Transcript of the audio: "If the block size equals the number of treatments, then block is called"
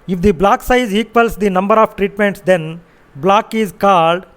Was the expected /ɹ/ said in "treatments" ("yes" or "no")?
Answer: yes